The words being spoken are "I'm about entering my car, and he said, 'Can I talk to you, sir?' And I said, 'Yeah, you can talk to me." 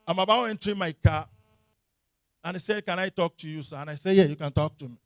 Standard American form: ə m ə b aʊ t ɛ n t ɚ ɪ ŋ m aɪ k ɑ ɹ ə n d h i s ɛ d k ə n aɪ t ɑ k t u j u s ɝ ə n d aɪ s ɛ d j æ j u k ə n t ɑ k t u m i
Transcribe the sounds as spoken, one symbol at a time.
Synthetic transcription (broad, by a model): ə m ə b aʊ ɛ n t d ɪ m aɪ k ɑ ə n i s ɛ d k ə n aɪ t ɑ k t u j u s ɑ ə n aɪ s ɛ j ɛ j u k ə n t ɑ k t u m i